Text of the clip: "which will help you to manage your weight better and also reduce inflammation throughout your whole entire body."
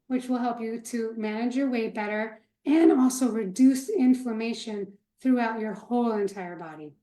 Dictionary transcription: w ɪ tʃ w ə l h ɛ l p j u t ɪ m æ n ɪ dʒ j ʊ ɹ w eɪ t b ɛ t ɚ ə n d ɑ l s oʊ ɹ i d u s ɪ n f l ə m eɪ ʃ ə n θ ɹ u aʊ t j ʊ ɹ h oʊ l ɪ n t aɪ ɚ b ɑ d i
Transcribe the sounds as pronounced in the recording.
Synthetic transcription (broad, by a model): w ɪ tʃ w ə l h ɛ l p j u t ɪ m æ n ɪ dʒ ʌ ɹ w eɪ b ɛ t ɚ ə n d ɑ l s oʊ ɹ i d u s ɪ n f ə m eɪ ʃ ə n θ ɹ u aʊ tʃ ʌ ɹ h oʊ l ɪ n t aɪ ɚ b ɑ d i